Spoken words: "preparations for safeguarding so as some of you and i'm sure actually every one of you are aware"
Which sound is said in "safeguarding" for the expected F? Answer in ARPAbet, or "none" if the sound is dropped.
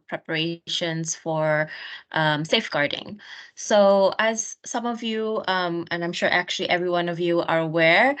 F